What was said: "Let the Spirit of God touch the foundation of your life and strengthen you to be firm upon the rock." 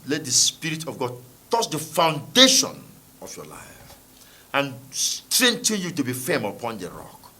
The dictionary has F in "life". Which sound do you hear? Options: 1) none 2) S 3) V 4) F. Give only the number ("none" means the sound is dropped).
4